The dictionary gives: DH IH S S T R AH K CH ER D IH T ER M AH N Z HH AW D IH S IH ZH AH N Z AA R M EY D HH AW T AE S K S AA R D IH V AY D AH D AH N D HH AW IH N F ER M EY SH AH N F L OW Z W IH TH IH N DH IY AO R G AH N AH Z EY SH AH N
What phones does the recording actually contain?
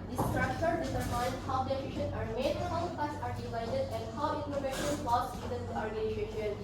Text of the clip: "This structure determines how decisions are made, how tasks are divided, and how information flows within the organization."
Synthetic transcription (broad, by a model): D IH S S T R AH K CH ER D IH S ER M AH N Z HH AW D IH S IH SH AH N AA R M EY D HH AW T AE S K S AA R D IH V AY D AH D AH N D HH AW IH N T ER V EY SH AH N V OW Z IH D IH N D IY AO R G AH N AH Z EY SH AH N